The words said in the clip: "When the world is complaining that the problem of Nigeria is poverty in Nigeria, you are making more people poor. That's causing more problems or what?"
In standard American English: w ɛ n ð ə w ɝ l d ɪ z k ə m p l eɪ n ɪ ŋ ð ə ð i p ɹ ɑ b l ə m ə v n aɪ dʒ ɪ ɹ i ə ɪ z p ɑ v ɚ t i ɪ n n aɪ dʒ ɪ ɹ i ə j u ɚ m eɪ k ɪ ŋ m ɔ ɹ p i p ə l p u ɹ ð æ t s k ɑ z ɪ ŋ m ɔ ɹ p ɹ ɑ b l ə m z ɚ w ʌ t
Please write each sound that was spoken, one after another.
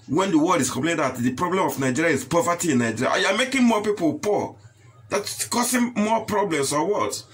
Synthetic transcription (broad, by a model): w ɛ n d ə w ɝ l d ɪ s k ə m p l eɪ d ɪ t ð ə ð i p ɹ ɑ b l ə m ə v n aɪ dʒ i ɹ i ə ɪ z p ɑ v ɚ t i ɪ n n aɪ dʒ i ɹ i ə j u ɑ m eɪ k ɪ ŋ m ɔ p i p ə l p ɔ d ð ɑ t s k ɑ s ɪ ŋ m ɔ p ɹ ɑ b l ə m s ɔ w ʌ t